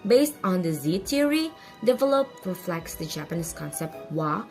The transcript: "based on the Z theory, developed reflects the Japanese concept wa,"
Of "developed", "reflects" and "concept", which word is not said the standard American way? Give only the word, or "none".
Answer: none